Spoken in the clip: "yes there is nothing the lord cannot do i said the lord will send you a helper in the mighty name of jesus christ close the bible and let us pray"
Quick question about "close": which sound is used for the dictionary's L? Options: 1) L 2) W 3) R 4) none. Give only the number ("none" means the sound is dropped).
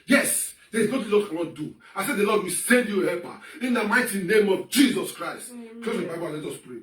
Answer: 4